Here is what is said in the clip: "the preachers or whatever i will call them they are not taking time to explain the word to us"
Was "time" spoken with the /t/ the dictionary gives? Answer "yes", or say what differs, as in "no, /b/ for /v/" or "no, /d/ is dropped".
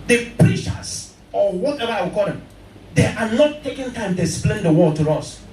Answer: yes